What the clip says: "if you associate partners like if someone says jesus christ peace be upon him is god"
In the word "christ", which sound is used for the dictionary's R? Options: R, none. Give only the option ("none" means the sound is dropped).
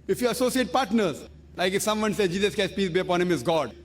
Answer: none